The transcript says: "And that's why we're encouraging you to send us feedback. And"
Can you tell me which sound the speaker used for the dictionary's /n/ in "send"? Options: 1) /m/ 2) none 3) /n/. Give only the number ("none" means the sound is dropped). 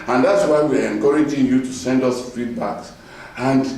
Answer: 3